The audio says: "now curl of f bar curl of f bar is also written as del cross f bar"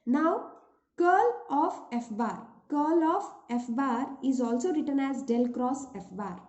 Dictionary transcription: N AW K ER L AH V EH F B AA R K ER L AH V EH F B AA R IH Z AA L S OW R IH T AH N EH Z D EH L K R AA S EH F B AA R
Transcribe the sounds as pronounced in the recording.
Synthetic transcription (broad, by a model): N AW K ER L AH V EH F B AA R K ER L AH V EH F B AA R IH Z AA L S OW R IH T AH N EH Z D EH L K R AA S EH F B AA R